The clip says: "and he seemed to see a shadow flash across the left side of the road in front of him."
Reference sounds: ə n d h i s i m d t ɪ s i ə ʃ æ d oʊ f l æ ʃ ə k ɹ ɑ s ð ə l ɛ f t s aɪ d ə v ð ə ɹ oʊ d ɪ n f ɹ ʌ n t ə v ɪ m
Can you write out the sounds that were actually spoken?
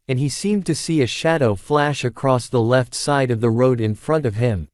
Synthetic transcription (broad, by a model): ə n i s i m t ɪ s i ə ʃ æ d oʊ f l æ ʃ ə k ɹ ɑ s ð ə l ɛ f t s aɪ d ə v ð ə ɹ oʊ d ɪ n f ɹ ʌ n t ə v ɪ m